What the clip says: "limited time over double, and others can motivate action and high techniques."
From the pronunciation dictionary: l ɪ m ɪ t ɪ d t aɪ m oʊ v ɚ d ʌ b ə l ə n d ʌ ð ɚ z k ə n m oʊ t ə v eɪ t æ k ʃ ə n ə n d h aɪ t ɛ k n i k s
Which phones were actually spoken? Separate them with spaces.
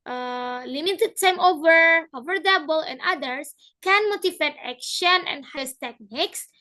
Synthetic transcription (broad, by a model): l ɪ m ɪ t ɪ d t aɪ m oʊ v ɚ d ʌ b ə l ə n d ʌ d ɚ s k ə n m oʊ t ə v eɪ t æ k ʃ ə n ə n d h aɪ t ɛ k n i k s